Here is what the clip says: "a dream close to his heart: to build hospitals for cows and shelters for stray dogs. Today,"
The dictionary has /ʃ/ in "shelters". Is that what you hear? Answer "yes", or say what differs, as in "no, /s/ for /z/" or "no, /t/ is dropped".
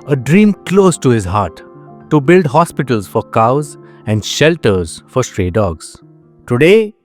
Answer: yes